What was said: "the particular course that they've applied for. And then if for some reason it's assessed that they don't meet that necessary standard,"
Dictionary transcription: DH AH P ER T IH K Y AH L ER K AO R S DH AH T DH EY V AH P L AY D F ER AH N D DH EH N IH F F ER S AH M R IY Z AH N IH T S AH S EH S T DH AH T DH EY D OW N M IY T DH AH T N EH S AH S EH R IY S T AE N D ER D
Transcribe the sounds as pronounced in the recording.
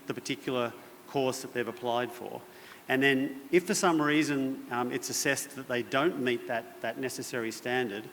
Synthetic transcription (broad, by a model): DH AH P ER T IH K Y L ER K AO R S DH AH T DH EY V AH P L AY D F ER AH N DH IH N IH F F ER S AH M R IY Z AH N IH T S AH S EH S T DH AH T DH EY D OW N M IY T DH AH T N EH S AH S EH R IY S T AE N D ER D